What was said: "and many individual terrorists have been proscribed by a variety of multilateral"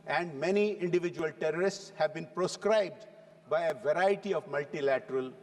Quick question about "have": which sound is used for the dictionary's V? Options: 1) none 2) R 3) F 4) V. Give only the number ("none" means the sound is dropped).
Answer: 4